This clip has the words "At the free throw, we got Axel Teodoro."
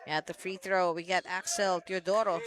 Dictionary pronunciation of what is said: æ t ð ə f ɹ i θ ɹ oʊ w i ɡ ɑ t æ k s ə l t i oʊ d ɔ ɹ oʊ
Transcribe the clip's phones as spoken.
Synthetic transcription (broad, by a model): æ t ð ə f ɹ i θ ɹ oʊ w i ɡ ɑ t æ k s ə l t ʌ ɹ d ɔ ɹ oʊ